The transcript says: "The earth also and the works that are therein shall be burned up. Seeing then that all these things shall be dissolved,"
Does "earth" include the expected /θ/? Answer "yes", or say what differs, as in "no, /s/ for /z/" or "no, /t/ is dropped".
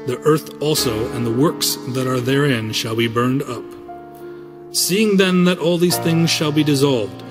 yes